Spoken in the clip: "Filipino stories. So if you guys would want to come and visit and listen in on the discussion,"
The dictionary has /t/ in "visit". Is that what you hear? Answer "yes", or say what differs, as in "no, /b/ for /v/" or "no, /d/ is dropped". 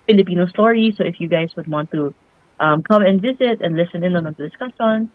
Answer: yes